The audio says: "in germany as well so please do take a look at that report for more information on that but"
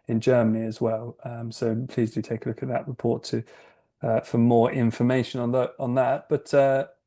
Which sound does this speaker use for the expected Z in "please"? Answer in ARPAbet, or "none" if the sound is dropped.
Z